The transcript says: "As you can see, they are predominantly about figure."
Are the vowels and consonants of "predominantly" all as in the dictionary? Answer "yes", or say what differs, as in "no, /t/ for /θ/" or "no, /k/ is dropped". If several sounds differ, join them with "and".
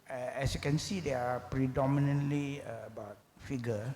yes